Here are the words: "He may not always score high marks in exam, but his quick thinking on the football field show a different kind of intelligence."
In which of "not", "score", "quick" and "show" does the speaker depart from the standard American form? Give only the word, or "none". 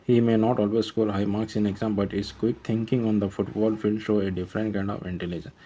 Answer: score